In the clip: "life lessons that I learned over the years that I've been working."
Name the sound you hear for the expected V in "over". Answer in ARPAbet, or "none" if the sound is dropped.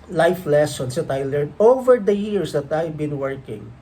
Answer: V